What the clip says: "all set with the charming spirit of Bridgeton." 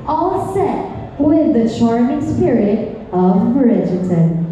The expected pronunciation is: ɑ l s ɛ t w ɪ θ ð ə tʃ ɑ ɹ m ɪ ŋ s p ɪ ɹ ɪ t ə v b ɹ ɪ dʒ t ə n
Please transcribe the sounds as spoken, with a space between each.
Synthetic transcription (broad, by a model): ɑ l s ɛ t w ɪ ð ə ʃ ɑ ɹ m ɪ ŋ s p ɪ ɹ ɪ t ə v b ɹ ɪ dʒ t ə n